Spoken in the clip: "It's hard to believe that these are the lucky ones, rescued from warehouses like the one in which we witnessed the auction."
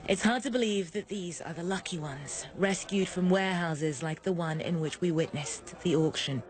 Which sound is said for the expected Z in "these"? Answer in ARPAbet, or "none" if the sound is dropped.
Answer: Z